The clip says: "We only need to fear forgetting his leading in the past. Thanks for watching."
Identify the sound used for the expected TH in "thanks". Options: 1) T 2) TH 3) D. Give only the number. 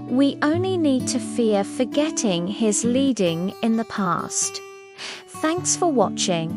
2